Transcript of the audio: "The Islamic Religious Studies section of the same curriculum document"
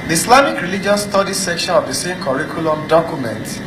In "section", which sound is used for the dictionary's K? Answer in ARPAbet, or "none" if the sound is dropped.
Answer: K